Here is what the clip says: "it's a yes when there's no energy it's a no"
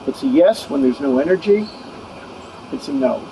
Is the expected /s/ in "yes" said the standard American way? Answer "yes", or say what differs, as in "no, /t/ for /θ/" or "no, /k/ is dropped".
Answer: yes